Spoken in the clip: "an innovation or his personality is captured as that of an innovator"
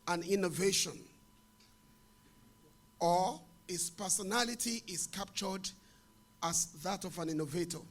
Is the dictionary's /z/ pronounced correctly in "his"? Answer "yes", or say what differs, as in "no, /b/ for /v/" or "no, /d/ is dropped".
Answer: no, /s/ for /z/